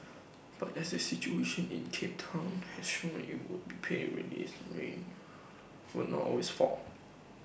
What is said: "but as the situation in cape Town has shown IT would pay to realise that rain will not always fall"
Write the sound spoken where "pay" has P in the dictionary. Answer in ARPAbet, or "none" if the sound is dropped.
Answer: B